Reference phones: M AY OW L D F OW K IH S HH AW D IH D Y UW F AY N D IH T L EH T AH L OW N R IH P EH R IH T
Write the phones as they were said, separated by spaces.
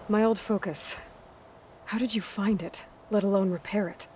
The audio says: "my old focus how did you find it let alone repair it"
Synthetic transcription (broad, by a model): M AY OW L D F OW K IH S HH AW D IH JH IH F AY N D IH T L EH T AH L OW N R IH P EH R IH T